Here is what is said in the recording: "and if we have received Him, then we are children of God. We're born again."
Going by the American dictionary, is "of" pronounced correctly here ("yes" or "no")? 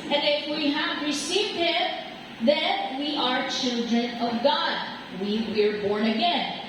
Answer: yes